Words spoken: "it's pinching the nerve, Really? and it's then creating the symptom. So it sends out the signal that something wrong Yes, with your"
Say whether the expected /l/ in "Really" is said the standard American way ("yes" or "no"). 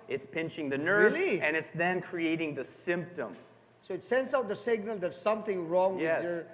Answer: no